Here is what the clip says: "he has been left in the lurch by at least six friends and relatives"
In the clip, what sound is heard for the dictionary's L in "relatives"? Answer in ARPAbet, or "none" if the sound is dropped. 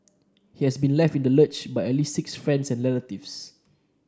N